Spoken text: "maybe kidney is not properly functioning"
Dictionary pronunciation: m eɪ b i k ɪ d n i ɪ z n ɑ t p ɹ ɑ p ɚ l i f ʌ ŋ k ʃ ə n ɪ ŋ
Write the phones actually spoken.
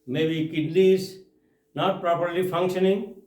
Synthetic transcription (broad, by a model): m eɪ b i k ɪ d l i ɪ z n ɑ t p ɹ ɑ p ɚ l i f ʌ ŋ k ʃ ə n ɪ ŋ